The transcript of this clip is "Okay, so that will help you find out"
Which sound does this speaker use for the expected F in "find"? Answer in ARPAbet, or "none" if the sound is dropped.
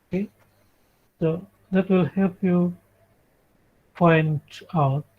P